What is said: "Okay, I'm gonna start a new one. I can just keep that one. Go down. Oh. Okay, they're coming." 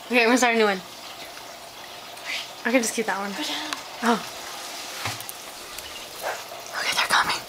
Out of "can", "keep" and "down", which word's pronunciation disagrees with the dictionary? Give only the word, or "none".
down